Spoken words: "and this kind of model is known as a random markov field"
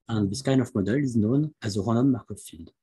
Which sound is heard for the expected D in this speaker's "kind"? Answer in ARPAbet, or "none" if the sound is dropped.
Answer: none